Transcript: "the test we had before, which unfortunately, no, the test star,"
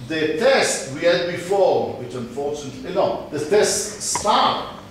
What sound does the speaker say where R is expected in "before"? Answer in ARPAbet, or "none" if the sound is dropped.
W